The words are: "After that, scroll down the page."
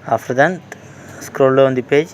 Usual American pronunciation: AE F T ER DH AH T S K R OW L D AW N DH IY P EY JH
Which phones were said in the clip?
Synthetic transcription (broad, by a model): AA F T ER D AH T S K R OW L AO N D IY P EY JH